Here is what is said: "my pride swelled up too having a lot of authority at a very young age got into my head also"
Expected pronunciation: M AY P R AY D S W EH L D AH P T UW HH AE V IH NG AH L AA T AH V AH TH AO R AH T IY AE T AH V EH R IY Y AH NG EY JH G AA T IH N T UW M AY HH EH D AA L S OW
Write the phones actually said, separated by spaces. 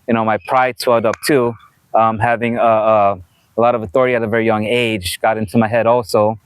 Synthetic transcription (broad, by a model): M AY P R AY D S W EH L D AH P T UW HH AE V IH NG AH L AA T AH V AH TH AO R AH T IY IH T AH V EH R IY Y AH NG EY JH G AA T IH N T UW M AY HH EH D AA L S OW